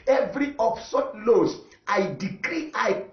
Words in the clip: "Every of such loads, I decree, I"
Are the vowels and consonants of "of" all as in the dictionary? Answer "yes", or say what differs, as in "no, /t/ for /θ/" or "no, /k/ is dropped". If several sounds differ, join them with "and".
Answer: no, /p/ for /v/